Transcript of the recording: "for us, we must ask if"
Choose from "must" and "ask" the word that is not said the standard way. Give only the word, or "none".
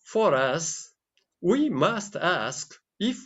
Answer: none